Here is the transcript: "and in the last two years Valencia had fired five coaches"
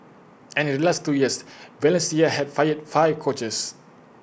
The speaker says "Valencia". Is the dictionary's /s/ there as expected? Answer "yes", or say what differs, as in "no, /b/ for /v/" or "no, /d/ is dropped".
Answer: yes